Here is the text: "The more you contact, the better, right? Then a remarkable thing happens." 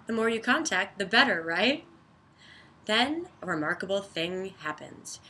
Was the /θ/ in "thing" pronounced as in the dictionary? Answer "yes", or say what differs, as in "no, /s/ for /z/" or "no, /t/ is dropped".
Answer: yes